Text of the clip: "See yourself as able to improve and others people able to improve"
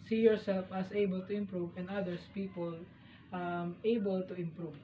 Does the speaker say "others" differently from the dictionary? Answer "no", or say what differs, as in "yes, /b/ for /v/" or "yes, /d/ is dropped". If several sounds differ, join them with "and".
yes, /s/ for /z/